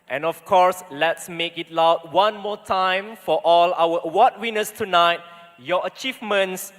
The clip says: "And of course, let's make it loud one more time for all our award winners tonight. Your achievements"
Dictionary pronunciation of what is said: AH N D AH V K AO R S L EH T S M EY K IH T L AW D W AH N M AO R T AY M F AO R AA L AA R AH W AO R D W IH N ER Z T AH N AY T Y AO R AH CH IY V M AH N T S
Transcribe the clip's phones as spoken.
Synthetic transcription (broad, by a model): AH N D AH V K AO R S L EH T S M EY K IH T L AW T W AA N M AO T AY M F AO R AA L AA W AH W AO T W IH N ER S T AH N AY T Y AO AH CH IY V M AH N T S